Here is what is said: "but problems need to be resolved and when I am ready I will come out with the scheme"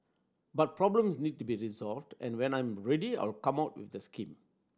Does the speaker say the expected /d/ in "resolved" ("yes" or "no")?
yes